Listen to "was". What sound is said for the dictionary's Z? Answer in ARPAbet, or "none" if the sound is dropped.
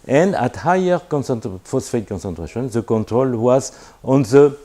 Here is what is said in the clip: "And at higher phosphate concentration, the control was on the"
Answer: Z